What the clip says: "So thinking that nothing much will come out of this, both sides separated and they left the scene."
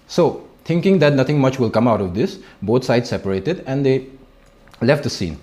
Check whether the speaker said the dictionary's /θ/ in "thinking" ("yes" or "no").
no